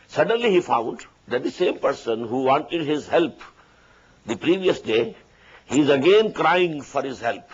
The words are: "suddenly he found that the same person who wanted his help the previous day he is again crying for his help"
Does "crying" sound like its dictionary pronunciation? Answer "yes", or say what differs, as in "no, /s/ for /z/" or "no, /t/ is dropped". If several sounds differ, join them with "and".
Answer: yes